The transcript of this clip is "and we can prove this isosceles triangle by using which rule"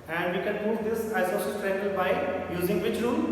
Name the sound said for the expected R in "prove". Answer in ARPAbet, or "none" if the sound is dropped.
none